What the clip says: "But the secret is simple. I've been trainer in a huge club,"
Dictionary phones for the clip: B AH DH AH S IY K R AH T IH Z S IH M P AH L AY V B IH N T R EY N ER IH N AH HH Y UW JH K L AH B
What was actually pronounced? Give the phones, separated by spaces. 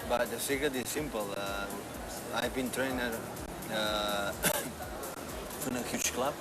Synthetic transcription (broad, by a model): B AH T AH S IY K AH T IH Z S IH M P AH L AY V B IH N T R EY N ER IH N AH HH Y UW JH K L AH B